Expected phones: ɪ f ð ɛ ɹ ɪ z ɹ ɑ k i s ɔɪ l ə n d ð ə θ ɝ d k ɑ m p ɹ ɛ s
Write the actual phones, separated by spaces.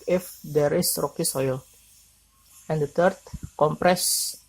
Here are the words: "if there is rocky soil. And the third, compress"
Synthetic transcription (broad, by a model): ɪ f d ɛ ɹ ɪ s ɹ ɑ k i s ɔɪ l ə n d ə t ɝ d k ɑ m p ɹ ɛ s